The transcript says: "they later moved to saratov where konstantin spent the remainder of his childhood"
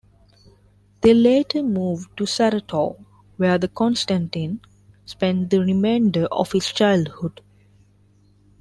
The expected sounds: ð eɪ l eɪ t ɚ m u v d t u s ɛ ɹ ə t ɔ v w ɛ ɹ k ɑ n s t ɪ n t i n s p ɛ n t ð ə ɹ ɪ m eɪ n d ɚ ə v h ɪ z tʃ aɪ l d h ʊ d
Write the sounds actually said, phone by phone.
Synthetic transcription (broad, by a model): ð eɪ l eɪ t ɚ m u v d t u s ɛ ɹ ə t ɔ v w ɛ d k ɑ n s t ɪ n t i n s p ɛ n t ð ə ɹ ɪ m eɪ n d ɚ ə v h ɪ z tʃ aɪ l d h ʊ d